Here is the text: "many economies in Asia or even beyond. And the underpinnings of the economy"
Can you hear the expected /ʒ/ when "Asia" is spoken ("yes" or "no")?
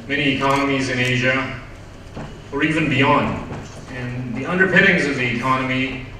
yes